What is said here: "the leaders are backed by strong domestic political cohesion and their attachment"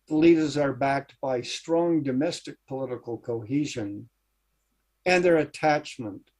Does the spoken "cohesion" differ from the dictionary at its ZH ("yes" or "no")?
no